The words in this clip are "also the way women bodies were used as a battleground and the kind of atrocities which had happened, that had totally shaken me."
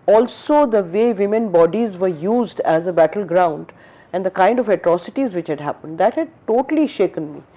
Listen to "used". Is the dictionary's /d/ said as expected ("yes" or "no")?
yes